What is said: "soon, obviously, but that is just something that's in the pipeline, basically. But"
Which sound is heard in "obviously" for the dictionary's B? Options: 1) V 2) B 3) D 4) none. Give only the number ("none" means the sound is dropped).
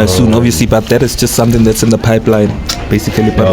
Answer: 4